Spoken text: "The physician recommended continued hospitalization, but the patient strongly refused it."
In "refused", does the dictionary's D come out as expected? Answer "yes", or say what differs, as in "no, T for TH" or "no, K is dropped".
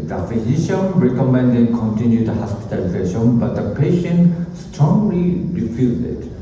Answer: no, D is dropped